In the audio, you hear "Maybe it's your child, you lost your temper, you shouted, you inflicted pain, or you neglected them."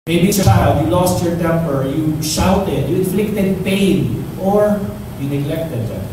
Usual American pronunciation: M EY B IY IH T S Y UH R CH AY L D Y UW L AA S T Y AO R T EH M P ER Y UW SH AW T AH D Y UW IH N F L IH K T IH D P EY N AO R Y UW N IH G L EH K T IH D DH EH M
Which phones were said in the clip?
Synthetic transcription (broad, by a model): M EY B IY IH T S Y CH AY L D Y UW L AA S T Y AO R T EH M P ER Y UW SH AW T AH D Y UW IH N F L IH K T IH D P EY N AO R Y UW N IH G L EH K T IH D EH